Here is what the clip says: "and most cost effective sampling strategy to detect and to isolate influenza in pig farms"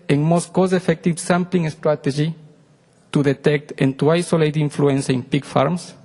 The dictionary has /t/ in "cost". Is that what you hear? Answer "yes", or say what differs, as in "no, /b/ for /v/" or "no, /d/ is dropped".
no, /t/ is dropped